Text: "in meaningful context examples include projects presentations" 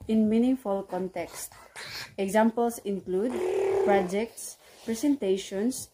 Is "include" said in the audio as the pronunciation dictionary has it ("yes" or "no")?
yes